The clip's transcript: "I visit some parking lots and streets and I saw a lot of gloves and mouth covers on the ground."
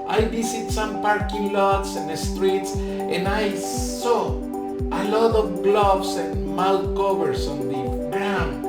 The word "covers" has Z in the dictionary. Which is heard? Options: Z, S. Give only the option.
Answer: S